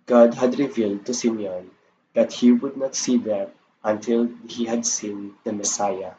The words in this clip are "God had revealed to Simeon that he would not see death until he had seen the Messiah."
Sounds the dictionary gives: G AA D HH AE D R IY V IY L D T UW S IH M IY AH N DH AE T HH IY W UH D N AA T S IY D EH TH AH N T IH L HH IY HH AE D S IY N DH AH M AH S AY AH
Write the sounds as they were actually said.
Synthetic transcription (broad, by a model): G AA D HH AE D R IY V IY L D T UW S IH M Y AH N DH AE T HH IY W UH D N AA T S IY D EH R AH N T IH L HH IY HH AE D S IY N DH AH M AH S AY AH